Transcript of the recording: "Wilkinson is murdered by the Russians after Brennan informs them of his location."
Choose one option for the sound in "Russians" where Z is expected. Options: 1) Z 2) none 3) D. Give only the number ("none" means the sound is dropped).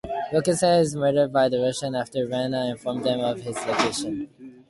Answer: 2